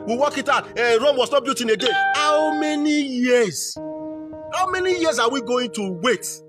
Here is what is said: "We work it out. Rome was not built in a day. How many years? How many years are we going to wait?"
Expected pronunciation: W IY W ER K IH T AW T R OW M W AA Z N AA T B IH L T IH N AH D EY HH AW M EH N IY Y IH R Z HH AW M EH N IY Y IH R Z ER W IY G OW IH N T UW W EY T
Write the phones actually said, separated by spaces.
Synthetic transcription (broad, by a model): W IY W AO K IH T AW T R OW M W AA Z N AA T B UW T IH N AH D EY HH AW M EH N IY Y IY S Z HH AW M EH N IY Y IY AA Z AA W IY G OW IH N T UW W EY T